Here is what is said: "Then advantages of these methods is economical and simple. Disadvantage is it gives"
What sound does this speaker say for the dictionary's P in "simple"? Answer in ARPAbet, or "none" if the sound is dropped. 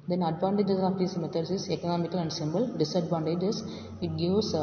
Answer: B